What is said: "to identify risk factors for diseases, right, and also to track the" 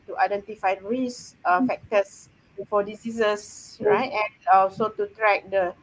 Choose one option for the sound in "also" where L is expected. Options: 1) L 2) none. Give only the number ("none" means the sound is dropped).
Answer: 2